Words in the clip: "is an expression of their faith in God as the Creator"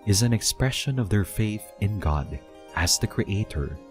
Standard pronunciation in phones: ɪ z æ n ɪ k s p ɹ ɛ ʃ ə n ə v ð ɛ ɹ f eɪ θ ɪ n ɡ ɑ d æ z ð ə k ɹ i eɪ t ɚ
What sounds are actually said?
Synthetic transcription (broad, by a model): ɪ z æ n ɪ k s p ɹ ɛ ʃ ə n ə v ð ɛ ɹ f eɪ θ ɪ n ɡ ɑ d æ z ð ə k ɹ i eɪ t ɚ